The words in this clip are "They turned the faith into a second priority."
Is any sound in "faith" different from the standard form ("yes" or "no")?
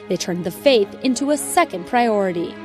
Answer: no